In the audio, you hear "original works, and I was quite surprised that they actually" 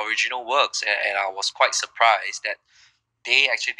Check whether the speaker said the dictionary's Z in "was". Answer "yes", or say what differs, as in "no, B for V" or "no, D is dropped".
no, S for Z